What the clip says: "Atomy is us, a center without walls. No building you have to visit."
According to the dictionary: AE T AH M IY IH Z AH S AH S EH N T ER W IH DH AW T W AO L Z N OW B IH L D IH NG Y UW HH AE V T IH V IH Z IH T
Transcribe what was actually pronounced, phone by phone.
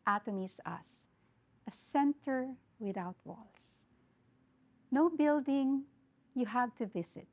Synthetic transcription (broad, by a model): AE T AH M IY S AH S AH S EH N T ER W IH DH AW T W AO L S N OW B IH L D IH NG Y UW HH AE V T IH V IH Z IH T